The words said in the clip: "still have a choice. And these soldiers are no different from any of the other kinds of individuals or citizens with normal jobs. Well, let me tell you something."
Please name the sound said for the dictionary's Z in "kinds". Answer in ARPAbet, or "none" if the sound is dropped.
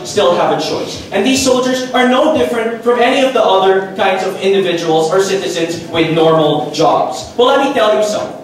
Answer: Z